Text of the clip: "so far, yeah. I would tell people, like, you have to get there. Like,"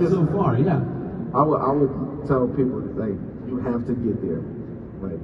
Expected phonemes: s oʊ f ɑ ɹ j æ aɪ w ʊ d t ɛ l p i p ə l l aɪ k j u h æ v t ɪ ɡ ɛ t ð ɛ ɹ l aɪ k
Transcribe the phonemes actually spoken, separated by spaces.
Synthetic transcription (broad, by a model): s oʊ f ɑ ɹ j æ aɪ w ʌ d t ɛ l p i p l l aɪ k j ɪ h æ f t ɪ ɡ ɛ t ð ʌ ɹ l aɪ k